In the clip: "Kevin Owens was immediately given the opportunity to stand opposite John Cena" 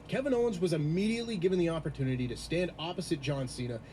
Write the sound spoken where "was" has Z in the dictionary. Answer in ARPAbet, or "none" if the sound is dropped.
Z